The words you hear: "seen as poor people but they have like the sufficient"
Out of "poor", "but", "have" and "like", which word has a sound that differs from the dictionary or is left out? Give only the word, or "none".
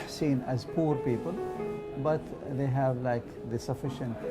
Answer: none